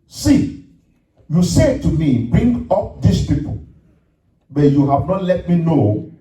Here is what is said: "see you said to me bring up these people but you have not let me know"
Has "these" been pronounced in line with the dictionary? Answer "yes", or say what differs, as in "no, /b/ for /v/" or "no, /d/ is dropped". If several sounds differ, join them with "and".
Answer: no, /s/ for /z/